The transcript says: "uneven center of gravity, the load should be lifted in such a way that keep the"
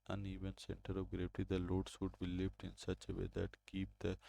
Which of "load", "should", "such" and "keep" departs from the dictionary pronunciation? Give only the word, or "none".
should